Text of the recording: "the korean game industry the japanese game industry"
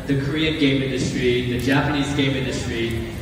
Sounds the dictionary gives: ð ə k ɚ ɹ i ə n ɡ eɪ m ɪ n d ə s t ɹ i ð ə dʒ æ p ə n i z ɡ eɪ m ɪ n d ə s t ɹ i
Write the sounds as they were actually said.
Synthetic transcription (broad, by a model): ð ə k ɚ ɹ i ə n ɡ eɪ m ɪ n d ə s t ɹ i ð ə dʒ æ p ə n i z ɡ eɪ m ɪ n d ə s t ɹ i